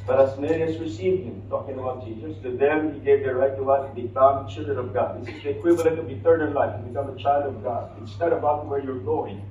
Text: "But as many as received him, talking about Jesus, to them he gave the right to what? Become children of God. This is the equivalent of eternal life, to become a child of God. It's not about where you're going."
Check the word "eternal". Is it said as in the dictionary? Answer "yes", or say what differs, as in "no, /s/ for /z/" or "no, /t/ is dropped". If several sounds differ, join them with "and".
no, /n/ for /l/